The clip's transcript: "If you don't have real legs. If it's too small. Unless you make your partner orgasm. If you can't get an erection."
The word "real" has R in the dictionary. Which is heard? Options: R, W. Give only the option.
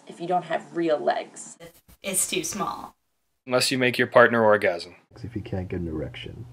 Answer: R